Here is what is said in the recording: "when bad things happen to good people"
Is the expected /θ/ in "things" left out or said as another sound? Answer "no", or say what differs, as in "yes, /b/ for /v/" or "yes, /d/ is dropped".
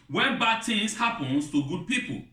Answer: yes, /t/ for /θ/